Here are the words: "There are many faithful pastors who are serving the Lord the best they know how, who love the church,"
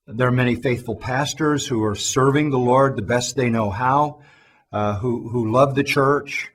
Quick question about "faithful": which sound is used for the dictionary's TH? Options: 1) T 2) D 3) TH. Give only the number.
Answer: 3